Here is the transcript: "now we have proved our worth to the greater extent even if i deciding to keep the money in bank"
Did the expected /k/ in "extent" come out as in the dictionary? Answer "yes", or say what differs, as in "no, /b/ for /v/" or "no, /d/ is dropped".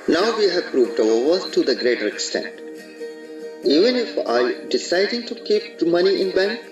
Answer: yes